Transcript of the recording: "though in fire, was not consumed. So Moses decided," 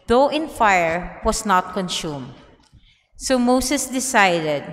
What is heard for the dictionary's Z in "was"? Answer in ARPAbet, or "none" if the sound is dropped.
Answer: S